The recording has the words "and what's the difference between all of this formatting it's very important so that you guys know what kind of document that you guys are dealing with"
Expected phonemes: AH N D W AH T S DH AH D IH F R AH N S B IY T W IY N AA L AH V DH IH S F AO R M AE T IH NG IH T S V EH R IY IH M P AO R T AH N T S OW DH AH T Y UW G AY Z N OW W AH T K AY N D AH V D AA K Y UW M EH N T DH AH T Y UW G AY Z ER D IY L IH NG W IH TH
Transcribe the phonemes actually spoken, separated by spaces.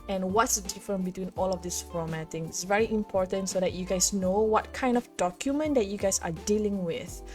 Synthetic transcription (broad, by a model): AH N W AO T S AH D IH F R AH N B IY T W IY N AA L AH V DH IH S F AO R M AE T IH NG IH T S V EH R IY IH M P AO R T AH N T S OW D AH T Y UW G AY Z N OW W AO T K AY N D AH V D AA K Y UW M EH N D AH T Y UW G AY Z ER D IY L IH NG W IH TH